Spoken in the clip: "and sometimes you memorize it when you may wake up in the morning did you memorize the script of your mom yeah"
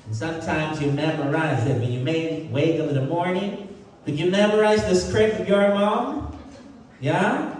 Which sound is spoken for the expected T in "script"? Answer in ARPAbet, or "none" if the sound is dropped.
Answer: none